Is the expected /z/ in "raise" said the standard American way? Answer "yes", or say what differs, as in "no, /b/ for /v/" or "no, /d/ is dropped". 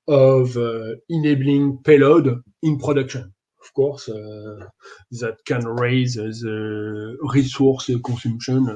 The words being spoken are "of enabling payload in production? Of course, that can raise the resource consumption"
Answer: yes